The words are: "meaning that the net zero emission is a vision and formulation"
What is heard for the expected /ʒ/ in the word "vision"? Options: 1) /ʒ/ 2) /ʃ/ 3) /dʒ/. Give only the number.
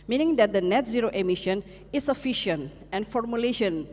2